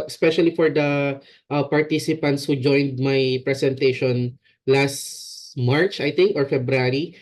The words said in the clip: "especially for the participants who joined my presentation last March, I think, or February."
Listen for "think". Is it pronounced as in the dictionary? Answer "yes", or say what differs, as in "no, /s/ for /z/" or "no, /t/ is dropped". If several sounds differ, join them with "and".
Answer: no, /t/ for /θ/